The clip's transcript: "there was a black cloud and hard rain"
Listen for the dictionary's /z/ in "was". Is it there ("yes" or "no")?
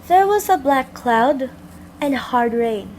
yes